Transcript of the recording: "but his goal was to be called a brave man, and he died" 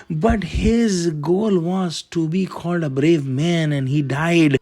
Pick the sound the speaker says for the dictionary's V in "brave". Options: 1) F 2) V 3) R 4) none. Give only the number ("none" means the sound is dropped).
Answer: 2